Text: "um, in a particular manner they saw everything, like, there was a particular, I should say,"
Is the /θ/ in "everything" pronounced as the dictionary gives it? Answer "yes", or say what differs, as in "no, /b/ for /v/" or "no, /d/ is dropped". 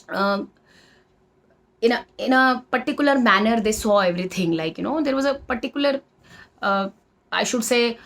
no, /t/ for /θ/